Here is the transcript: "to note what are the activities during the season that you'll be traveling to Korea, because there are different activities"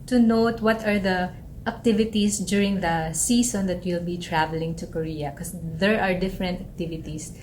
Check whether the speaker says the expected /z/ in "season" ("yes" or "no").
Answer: no